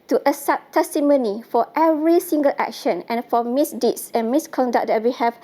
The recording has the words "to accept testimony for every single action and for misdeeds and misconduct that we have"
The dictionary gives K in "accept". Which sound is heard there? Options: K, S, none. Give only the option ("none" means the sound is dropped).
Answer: none